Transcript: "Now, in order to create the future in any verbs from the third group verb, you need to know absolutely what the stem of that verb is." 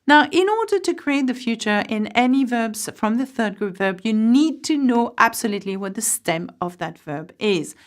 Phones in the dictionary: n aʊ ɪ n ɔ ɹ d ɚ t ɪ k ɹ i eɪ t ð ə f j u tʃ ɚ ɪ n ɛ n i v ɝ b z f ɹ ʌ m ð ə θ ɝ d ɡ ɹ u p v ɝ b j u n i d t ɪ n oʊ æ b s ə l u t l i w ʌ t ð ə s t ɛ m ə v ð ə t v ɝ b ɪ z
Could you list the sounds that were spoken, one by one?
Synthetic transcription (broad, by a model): n aʊ ɪ n ɔ ɹ d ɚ t ɪ k ɹ i eɪ t ð ə f j u tʃ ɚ ɪ n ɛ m i v ɝ b z f ɹ ʌ m ð ə θ ɝ d ɡ ɹ u p v ɝ b j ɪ n i d t ɪ n oʊ æ b s ə l u t l i w ʌ t ð ə s t ɛ m ə v ð ə t v ɝ b ɪ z